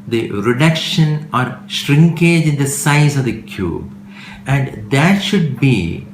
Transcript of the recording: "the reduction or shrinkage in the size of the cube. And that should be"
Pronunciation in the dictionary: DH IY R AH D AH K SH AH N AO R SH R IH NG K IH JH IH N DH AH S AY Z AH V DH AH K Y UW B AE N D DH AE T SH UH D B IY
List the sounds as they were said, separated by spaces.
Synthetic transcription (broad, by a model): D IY R AH D AH K SH AH N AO R SH R IH NG K IH JH IH N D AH S AY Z AH V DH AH K Y UW B AE N D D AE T SH UH D B IY